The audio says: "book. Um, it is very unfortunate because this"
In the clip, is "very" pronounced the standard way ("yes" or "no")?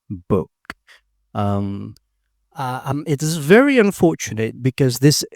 yes